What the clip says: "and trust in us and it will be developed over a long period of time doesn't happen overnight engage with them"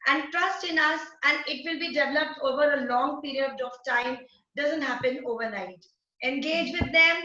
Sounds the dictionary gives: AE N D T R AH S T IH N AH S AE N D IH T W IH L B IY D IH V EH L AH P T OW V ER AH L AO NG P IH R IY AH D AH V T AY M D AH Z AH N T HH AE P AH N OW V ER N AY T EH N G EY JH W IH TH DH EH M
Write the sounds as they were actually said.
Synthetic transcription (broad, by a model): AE N D T R AH S T IH N AH S AE N D IH T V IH L B IY D IH V EH L AH P T OW V ER AH L AO NG P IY R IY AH D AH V T AY M D AH Z AH N T HH AE P AH N OW V ER N AY T EH N G EY JH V IH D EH M